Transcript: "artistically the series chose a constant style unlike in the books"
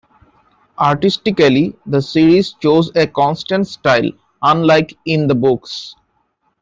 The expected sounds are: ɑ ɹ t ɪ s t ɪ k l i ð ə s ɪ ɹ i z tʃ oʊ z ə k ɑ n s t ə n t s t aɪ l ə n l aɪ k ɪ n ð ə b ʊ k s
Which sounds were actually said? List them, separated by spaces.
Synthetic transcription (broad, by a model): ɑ ɹ t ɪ s t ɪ k l i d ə s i ɹ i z tʃ oʊ z ə k ɑ n s t ə n t s t aɪ l ə n l aɪ k ɪ n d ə b ʊ k s